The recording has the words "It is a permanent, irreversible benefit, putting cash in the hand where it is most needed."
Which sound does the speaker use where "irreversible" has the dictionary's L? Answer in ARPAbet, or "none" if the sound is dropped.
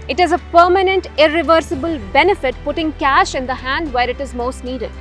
L